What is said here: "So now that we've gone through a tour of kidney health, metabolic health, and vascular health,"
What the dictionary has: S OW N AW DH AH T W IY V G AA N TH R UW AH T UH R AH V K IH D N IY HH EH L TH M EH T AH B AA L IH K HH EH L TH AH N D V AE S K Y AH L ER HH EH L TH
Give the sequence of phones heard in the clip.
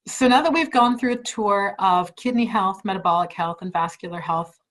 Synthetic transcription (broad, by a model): S OW N AW DH AH T W IY V G AA N TH R UW AH T UH R AH V K IH D N IY HH EH L TH M EH T AH B AA L IH K HH EH L TH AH N V AE S K Y L ER HH EH L TH